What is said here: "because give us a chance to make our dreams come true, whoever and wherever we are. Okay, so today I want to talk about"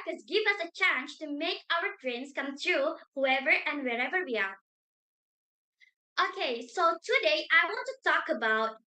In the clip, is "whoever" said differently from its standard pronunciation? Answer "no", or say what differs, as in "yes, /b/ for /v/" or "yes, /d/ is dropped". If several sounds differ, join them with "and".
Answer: no